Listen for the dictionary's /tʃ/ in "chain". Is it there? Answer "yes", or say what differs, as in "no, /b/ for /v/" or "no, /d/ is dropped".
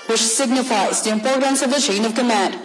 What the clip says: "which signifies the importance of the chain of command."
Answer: yes